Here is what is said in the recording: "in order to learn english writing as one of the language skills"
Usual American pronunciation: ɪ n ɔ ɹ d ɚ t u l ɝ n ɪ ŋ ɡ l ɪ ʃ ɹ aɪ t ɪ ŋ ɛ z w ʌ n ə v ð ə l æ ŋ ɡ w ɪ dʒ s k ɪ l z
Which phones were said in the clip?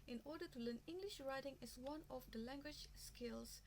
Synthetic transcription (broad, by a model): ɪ n ɔ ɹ d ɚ t u l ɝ n ɪ ŋ ɡ l ɪ ʃ ɹ aɪ t ɪ ŋ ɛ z w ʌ n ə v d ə l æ ŋ ɡ w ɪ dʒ s k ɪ l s